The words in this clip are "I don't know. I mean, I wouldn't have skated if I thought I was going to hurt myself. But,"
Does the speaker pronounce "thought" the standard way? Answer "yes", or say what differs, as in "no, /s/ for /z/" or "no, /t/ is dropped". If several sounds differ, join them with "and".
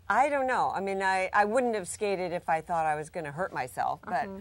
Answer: yes